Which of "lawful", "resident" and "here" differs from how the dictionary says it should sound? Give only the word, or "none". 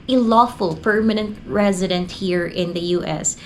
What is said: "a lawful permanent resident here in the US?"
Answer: none